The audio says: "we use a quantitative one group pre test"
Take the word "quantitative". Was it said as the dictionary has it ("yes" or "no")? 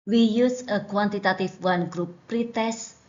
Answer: no